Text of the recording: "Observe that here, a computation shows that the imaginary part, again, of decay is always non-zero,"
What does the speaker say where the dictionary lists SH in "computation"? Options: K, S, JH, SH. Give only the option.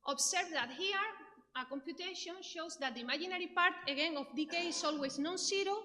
SH